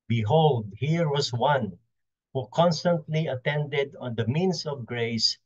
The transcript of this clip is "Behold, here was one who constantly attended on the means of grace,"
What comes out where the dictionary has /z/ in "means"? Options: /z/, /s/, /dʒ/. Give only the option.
/s/